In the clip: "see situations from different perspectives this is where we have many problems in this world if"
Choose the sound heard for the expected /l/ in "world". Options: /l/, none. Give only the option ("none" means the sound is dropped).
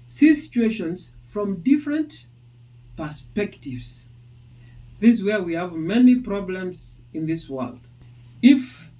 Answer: /l/